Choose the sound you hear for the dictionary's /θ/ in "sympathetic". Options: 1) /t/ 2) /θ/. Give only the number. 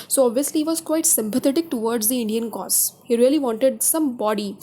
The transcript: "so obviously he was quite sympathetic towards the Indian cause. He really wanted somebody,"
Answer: 1